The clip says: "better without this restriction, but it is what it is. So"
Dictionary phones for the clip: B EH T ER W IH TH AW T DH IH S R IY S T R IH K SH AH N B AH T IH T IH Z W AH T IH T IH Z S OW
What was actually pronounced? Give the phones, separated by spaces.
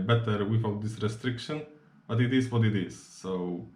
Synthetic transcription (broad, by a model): B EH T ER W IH F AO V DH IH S R IY S T R IH K SH AH N B AH T IH T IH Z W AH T IH T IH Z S OW